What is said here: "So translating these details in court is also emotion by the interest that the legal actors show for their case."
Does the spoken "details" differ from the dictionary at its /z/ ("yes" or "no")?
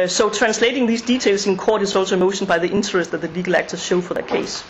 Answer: yes